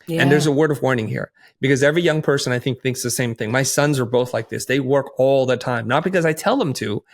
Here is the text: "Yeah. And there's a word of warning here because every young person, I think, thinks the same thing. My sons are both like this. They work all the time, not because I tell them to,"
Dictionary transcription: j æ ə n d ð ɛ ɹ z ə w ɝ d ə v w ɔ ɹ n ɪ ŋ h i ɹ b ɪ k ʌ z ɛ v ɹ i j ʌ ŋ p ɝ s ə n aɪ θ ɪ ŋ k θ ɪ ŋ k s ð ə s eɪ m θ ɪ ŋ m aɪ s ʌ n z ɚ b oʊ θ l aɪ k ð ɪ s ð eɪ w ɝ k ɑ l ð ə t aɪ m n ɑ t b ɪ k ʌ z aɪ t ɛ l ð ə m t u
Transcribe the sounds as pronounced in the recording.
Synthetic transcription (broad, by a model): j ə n ð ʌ ɹ z ə w ɝ d ə v w ɔ ɹ n ɪ ŋ h i ɹ b ɪ k ʌ z ɛ v ɹ i j ʌ ŋ p ɝ s ə n aɪ θ ɪ ŋ k θ ɪ ŋ k s ð ə s eɪ m θ ɪ ŋ m aɪ s ʌ n z ɚ b oʊ θ l aɪ k ð ɪ s ð eɪ w ɝ k ɑ l ð ə t aɪ m n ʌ t b ɪ k ʌ z aɪ t ɛ l ð ə m t u